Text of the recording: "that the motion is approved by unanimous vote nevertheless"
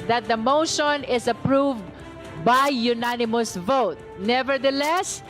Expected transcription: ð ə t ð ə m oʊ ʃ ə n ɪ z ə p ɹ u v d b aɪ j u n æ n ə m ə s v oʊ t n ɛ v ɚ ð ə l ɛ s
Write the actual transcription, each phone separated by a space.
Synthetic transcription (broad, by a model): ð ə t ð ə m oʊ ʃ ə n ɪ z ə p ɹ u v d b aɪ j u n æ n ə m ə s v oʊ t n ɛ v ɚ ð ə l ɛ s